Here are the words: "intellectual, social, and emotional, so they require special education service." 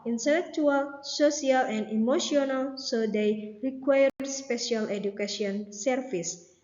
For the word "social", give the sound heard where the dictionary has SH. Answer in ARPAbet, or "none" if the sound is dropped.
S